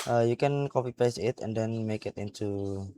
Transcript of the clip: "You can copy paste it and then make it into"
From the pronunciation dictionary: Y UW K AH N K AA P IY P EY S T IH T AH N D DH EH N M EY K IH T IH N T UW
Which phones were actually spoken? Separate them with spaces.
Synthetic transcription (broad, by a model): Y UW K AH N K AA P IY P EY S IH T AH N D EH N M EY K IH T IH N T UW